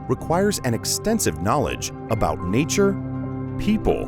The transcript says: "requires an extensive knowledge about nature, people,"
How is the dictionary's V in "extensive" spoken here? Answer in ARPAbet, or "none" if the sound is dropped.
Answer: V